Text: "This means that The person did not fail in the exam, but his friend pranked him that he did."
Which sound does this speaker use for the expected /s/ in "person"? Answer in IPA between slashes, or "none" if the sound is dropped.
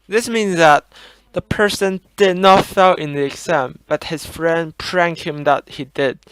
/s/